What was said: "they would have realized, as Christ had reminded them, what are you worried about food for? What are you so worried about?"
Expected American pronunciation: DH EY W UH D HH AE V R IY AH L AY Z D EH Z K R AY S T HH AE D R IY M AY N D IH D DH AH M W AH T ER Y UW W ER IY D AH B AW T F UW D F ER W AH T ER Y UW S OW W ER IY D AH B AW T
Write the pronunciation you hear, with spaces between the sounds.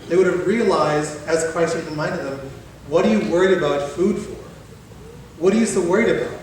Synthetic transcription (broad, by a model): DH EY W UH D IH V R IY AH L AY Z D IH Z K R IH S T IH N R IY M AY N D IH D DH AH M W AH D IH Y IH W ER IY D AH B AW T F UW D F ER W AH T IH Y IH S OW W ER IY D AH B AW T